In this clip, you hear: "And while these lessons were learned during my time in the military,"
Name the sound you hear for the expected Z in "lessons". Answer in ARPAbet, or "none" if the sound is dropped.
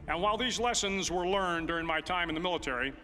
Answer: Z